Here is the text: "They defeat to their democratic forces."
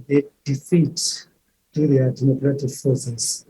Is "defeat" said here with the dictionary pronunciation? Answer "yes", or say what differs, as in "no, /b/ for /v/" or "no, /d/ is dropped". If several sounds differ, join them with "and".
yes